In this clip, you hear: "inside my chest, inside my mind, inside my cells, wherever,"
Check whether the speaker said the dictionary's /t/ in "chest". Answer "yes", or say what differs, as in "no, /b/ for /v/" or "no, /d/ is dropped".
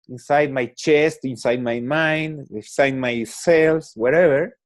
yes